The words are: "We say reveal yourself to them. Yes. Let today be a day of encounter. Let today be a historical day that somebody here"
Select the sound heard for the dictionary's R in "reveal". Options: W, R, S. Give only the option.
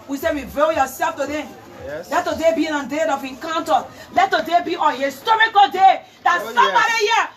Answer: W